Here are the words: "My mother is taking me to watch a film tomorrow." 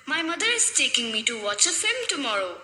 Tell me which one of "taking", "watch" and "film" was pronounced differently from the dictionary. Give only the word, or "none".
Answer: film